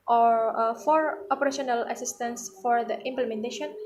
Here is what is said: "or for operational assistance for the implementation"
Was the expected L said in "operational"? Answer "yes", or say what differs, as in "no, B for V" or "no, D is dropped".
yes